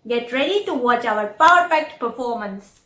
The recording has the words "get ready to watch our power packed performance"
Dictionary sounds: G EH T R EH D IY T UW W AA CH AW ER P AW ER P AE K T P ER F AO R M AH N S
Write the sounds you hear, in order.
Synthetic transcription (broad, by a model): G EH T R EH D IY T UW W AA CH AW ER P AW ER F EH K T P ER F AO R M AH N S